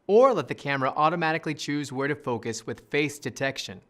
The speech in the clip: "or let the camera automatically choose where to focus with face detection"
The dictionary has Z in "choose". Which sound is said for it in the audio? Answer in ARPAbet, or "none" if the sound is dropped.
Z